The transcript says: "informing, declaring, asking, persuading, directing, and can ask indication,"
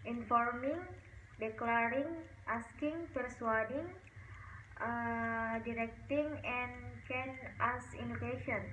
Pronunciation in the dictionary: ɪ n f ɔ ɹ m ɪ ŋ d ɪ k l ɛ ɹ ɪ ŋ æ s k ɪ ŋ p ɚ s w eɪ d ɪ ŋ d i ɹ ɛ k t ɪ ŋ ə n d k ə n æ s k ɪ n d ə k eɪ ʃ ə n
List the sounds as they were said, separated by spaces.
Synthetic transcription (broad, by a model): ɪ n f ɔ ɹ m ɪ ŋ d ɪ k l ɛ ɹ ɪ ŋ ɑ s k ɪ ŋ p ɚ s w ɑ d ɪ ŋ d i ɹ ɛ k t ɪ ŋ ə n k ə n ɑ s i n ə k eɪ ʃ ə n